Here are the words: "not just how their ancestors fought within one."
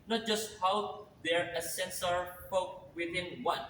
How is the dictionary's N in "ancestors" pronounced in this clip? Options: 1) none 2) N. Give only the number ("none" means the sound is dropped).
1